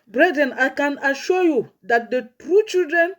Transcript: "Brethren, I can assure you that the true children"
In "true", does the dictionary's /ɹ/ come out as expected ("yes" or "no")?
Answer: yes